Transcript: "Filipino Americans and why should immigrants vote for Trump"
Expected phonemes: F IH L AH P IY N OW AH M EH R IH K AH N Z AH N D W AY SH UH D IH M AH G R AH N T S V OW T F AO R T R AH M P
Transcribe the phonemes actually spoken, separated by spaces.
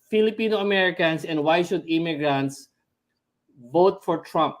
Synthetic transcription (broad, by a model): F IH L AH P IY N OW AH M EH R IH K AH N S AH N D W AY SH UH D IH M AH G R AH N T S V OW T F AO R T R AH M P